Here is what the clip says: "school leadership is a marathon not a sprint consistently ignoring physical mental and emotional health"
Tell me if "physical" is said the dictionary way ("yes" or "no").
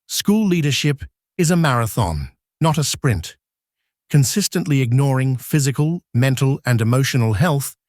yes